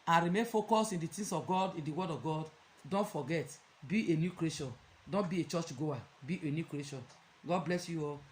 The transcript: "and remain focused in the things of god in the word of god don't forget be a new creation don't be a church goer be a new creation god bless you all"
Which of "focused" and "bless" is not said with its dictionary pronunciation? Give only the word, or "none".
focused